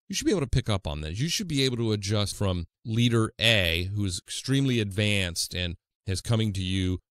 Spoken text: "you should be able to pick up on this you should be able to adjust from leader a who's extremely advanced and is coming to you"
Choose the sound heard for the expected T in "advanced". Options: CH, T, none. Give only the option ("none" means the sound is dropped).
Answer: T